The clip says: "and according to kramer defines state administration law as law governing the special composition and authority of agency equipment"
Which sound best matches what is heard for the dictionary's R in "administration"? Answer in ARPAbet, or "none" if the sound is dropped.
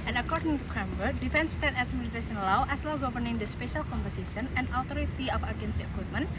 none